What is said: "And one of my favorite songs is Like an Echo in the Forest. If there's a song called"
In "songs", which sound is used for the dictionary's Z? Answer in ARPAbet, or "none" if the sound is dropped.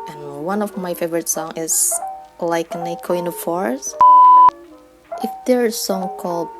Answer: none